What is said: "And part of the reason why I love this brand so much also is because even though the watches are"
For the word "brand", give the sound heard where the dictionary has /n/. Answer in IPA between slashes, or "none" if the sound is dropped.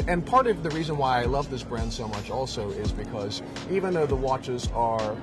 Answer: /n/